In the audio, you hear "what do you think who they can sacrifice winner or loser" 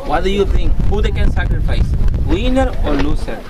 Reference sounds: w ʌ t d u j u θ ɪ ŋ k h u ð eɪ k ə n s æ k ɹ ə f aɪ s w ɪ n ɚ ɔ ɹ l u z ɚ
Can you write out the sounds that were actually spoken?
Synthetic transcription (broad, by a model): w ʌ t d u j u t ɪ ŋ k h u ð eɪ k ə n s æ k ɹ ə f aɪ s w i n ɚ ɔ ɹ l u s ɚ